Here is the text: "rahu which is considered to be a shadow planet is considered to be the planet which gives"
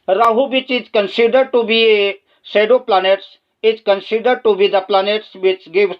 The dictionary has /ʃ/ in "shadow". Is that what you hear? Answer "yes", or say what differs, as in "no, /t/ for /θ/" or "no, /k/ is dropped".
no, /s/ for /ʃ/